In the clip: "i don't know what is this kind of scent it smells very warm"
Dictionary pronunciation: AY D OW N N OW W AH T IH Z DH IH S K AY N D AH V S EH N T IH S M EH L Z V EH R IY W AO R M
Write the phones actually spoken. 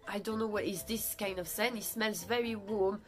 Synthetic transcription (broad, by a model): AY D OW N N OW W AH T IH Z DH IH S K AY N D AH V S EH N IH S M EH L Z V EH R IY W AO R M